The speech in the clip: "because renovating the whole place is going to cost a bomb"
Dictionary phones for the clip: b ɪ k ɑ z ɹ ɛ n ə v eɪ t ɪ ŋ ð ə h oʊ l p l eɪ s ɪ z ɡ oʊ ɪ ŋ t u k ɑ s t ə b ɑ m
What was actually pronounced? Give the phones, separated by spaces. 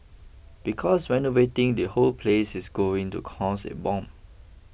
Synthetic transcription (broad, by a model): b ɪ k ɑ s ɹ ɛ n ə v eɪ t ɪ ŋ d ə h oʊ l p l eɪ s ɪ s ɡ oʊ ɪ ŋ t u k ɑ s ə b ɑ m